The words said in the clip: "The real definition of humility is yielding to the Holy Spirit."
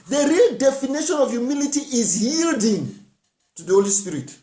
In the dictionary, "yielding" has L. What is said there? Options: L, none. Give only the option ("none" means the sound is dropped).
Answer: L